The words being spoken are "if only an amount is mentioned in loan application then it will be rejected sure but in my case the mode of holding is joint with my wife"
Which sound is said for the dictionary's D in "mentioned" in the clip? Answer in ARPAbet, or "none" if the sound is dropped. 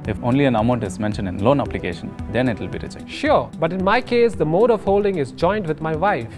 D